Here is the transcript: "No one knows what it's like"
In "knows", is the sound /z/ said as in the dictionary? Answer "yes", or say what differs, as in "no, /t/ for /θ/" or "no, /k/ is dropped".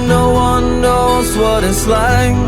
yes